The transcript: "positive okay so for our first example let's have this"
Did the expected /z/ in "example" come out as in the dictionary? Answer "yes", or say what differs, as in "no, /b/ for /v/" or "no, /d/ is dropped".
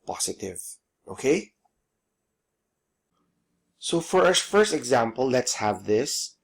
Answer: yes